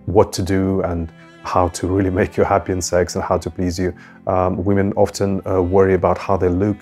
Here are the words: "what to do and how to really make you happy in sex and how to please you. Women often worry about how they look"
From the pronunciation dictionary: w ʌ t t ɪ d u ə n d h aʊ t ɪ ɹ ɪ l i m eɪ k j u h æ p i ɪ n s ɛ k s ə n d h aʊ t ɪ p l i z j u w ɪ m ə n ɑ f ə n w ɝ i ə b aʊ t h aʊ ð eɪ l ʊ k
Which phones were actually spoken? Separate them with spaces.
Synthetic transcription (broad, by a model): w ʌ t t ɪ d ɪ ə n h aʊ t ɪ ɹ ɪ l i m eɪ k j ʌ h æ p i ɪ n s ɛ k s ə n h aʊ t ɪ p l i z j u w ɪ m ə n ɑ f ə n w ɝ i ə b aʊ t h aʊ ð eɪ l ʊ k